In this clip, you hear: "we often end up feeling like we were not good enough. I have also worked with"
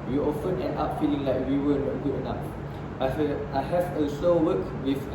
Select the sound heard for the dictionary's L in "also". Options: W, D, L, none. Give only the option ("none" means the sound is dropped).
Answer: none